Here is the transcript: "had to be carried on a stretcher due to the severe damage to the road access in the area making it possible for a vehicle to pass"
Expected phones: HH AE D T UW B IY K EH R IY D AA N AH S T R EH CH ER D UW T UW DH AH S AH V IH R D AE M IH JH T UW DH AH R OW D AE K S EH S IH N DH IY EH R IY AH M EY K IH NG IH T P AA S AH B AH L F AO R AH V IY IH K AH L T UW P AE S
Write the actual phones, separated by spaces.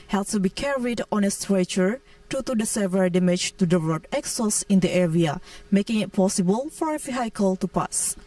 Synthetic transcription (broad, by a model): HH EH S T UW B IY K EH R IY D AA N AH S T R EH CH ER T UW T UW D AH S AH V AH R D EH M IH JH T UW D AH L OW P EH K S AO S IH N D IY EH R IY AH M EY K IH NG IH T P AA S AH B AH L F AO R AH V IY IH K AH L T UW P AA S